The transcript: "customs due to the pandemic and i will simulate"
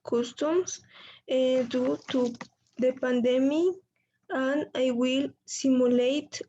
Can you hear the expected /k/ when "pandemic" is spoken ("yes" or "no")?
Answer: no